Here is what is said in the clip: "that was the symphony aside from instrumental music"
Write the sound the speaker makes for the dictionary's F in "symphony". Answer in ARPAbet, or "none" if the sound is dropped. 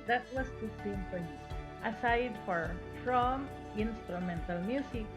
P